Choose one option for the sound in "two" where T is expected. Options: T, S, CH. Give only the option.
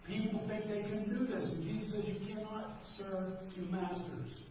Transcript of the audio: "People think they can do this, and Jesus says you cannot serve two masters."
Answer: T